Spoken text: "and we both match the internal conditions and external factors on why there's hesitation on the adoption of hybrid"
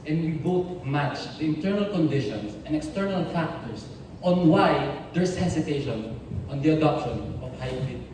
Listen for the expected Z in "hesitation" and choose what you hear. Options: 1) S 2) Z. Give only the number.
1